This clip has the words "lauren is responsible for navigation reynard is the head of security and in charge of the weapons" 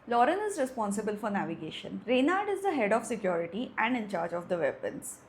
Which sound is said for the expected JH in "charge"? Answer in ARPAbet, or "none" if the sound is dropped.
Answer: JH